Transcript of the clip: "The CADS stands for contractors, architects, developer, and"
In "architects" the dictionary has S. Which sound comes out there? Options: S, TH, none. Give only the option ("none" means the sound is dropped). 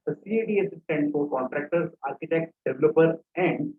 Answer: none